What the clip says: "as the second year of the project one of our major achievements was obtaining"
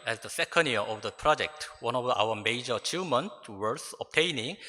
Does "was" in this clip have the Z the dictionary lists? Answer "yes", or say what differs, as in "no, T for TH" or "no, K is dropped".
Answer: no, S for Z